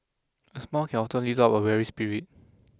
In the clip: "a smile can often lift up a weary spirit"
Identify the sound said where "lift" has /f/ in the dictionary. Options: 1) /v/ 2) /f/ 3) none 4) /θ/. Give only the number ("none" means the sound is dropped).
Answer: 3